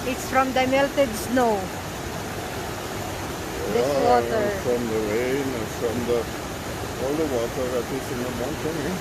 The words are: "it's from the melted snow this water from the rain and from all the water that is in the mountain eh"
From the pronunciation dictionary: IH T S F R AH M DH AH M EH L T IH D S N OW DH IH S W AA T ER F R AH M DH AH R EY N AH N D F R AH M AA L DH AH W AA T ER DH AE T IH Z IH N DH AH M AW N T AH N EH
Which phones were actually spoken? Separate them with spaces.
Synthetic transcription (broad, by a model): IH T S F R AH M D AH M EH L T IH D S N OW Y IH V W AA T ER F R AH M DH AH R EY AH N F R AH M AA L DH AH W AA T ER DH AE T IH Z IH N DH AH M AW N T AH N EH